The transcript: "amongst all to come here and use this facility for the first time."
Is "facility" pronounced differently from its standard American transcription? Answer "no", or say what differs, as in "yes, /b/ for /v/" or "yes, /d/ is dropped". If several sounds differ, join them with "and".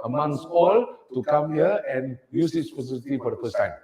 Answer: yes, /p/ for /f/